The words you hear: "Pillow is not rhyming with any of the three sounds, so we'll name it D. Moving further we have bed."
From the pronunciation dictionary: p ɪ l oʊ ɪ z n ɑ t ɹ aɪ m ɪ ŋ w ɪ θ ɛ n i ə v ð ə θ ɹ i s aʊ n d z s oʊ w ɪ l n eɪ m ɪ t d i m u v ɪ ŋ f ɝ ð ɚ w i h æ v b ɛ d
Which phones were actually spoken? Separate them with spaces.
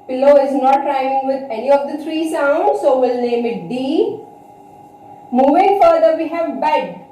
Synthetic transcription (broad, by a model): p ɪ l oʊ ɪ z n ɑ t ɹ aɪ ɪ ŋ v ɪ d ɛ n i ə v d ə t ɹ i s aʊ n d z s oʊ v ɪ l n eɪ m ɪ t d i m u v ɪ ŋ f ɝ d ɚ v i h æ v b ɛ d